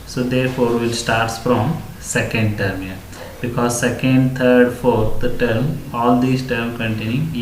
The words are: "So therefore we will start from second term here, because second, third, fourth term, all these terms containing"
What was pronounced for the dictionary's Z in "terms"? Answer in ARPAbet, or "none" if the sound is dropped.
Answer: none